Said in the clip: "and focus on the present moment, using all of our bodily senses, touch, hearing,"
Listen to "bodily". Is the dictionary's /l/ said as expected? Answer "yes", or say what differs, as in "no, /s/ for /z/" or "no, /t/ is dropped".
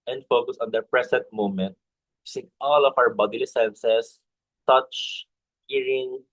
yes